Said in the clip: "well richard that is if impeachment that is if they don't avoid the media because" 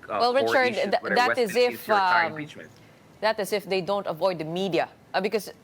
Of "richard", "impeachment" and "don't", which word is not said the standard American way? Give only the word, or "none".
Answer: impeachment